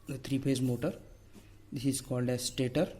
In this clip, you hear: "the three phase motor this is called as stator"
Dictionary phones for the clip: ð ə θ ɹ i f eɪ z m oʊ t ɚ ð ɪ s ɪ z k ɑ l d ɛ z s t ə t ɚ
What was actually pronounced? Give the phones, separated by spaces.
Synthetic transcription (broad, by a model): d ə t ɹ i p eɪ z m oʊ t ɚ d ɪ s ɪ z k ɑ l d ɛ z s t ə t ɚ